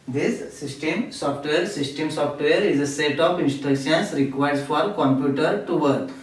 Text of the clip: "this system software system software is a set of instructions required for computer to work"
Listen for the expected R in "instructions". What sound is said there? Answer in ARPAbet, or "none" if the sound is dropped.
none